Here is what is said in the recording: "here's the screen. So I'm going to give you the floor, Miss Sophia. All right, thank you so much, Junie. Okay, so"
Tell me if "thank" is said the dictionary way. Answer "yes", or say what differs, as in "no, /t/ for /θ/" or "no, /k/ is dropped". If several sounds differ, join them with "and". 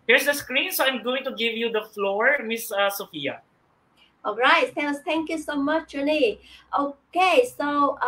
no, /t/ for /θ/